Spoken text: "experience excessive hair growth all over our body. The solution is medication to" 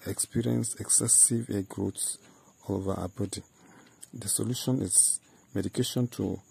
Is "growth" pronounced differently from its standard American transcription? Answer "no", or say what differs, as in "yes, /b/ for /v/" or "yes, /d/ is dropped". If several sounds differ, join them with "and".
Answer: yes, /s/ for /θ/